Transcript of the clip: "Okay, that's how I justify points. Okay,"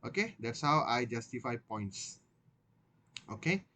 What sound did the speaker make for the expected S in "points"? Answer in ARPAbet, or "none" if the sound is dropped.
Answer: S